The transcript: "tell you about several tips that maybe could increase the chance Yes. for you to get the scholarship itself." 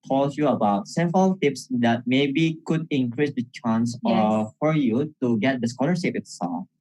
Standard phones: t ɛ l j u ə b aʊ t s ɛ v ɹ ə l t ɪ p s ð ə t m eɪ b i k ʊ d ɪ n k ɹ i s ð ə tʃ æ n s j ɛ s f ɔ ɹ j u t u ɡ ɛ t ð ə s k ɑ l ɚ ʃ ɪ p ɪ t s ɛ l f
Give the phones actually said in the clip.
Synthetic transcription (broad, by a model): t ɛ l j u ə b aʊ t s ɛ v ɹ ə l t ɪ p s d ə t m eɪ b i k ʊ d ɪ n k ɹ i s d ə tʃ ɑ n s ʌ f ɔ ɹ j u t u ɡ ɛ t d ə s k ɑ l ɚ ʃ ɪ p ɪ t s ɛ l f